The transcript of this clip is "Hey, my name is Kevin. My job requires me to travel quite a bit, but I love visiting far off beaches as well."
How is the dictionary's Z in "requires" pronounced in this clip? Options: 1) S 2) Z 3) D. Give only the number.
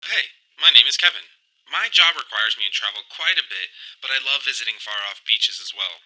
2